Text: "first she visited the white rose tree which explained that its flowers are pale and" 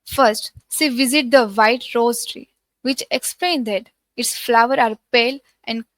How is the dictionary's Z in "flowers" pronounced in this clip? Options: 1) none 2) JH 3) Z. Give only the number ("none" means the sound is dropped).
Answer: 1